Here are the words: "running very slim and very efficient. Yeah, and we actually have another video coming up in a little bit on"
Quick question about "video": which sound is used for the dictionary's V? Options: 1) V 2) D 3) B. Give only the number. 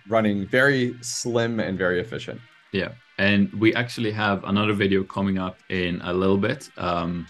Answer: 1